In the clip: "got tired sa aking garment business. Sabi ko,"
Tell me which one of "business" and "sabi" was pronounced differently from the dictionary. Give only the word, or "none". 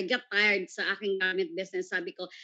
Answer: business